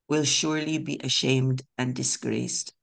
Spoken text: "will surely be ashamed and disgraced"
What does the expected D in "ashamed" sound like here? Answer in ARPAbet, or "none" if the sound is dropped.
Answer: D